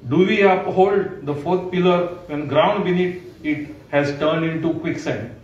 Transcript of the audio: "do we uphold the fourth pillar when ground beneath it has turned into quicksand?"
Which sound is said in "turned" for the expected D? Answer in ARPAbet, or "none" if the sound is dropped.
D